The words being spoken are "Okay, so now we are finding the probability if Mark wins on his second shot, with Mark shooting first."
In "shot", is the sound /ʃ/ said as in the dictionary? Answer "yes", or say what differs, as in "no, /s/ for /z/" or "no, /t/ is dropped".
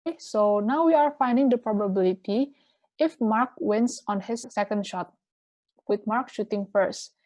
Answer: yes